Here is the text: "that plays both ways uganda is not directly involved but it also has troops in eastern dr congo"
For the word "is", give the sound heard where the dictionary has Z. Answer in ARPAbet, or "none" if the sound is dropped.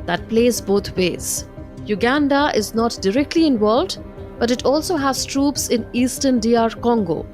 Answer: Z